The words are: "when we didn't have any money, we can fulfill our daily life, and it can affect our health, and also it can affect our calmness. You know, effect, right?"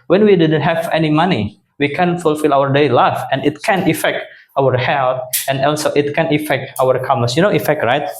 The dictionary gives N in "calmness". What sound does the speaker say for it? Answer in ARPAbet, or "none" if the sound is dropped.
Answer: none